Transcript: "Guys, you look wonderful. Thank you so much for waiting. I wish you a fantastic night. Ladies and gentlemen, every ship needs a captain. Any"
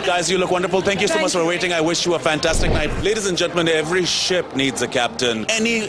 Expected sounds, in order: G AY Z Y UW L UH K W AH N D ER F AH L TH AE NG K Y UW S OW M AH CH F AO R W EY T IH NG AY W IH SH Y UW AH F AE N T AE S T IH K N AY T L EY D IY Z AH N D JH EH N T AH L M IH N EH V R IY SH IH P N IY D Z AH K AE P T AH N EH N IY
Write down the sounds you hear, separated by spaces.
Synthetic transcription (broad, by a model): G AY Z Y UW L UH K W AH N D ER F AH L T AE NG K Y UW S OW M AH CH F AO R W EY T IH NG AY W IH SH Y UW AH F AE N T AE S T IH K N AY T L EY D IY Z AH N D JH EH N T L M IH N EH V R IY SH IH P N IY D Z AH K AE P T AH N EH N IY